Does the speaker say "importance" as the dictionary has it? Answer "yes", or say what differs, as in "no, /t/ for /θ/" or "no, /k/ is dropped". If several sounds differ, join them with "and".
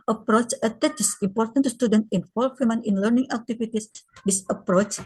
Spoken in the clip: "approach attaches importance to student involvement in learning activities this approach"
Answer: no, /s/ is dropped